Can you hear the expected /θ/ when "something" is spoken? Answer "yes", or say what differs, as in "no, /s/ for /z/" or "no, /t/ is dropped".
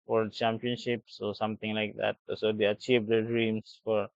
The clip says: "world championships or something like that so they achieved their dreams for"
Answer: no, /t/ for /θ/